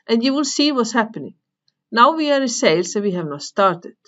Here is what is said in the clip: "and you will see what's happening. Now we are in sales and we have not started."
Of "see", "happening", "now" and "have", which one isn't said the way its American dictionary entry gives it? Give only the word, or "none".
none